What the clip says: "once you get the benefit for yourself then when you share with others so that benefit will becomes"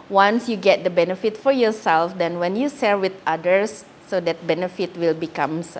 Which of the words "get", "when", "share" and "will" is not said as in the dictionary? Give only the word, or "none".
share